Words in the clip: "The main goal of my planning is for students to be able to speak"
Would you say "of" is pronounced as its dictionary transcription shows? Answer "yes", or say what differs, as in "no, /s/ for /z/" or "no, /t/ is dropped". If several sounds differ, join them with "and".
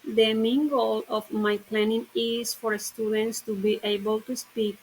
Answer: no, /f/ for /v/